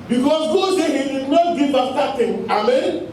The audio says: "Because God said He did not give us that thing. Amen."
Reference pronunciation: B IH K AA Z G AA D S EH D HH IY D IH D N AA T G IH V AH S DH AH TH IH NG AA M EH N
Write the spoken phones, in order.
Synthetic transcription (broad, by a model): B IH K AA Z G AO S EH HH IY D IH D N AA T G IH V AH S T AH T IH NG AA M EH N